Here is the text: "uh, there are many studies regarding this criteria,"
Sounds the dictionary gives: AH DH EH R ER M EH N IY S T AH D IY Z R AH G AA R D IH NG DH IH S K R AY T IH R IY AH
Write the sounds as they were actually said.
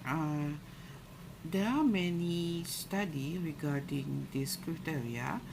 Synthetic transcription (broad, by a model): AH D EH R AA M EH N IY S T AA D IY R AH G AA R D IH NG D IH S K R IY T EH R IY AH